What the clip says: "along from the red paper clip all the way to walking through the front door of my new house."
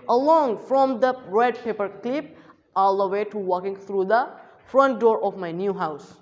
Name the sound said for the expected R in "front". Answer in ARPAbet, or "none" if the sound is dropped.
R